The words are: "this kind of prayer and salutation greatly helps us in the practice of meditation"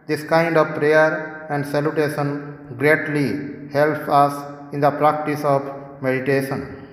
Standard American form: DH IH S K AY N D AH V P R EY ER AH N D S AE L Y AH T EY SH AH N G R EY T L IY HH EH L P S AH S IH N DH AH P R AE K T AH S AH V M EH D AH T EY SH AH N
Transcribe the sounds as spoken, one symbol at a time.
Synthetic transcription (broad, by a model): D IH S K AY N D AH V P R EY ER AH N D S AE L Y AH T EY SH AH N G R EY T L IY HH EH L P AH S IH N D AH P R AE K T AH S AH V M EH D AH T EY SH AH N